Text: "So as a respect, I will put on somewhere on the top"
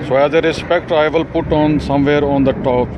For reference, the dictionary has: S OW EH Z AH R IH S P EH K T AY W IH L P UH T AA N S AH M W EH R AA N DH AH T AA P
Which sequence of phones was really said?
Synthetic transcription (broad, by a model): S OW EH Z AH R IH S P EH K T AY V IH L P UH T AA N S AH M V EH R AA N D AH T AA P